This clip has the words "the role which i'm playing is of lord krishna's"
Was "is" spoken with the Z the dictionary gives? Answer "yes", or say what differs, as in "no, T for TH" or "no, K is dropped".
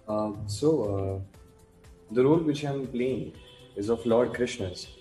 yes